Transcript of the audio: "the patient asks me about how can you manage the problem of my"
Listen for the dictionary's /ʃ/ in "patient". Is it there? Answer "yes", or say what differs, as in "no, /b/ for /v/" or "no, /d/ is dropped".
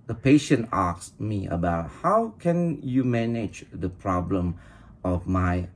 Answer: yes